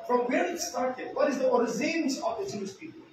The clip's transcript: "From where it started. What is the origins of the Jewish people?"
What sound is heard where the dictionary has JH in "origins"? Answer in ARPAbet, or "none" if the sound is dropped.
Z